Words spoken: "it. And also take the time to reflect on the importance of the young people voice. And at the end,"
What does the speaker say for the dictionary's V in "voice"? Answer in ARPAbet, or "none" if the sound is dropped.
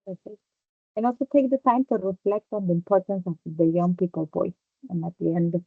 P